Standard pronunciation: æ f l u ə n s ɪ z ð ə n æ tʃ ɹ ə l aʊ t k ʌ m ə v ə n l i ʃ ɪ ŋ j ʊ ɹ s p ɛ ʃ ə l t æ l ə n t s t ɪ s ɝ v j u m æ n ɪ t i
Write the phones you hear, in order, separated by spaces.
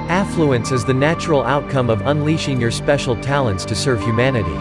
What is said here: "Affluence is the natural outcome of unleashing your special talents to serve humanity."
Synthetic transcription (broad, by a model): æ f l u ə n s ɪ z ð ə n æ tʃ ɹ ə l aʊ t k ʌ m ə v ə n l i ʃ ɪ ŋ j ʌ ɹ s p ɛ ʃ l t æ l ə n t s t ɪ s ɝ v j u m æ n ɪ t i